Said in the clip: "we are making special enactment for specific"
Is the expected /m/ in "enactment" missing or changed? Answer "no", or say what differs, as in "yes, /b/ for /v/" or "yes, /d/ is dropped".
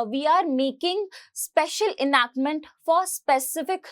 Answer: no